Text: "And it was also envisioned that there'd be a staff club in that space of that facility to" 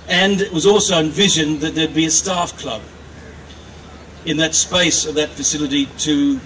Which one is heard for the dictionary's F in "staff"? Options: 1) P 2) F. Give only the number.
2